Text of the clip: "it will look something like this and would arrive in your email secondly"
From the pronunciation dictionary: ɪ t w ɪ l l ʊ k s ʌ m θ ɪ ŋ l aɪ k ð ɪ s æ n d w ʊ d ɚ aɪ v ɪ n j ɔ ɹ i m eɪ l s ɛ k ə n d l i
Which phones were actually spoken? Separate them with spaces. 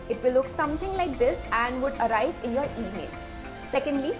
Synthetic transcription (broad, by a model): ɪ t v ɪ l l ʊ k s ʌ m t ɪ ŋ l aɪ k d ɪ s æ n d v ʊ d ɚ aɪ v ɪ n j ɔ ɹ i m eɪ l s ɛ k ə n d l i